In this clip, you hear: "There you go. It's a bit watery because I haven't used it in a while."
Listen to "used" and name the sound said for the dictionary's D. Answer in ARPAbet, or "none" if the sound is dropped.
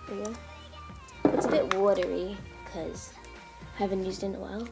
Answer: D